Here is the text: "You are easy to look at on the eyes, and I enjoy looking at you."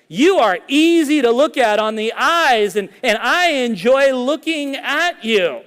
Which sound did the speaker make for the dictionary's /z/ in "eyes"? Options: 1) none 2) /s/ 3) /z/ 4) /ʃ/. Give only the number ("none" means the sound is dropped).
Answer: 3